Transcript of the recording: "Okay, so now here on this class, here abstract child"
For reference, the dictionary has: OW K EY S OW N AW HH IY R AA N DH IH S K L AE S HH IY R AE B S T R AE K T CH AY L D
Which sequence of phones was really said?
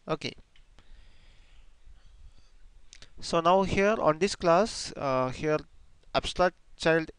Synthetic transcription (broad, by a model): OW K EY S OW N AW HH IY R AA N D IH S K L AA S HH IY R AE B S T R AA T CH AY L D